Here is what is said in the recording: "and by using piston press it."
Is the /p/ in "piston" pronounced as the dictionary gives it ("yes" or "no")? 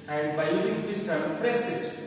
no